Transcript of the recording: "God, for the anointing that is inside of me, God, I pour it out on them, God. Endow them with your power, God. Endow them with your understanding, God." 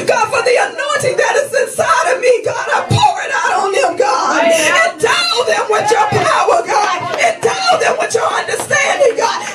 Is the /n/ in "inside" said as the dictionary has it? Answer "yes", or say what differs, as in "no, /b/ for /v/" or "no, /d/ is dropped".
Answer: yes